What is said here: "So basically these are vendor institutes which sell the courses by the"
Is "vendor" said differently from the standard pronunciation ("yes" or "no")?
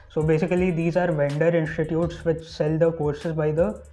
no